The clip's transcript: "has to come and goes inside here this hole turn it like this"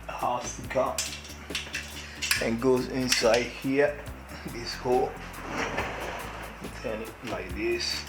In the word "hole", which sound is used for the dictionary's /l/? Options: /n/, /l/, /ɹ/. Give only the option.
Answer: /n/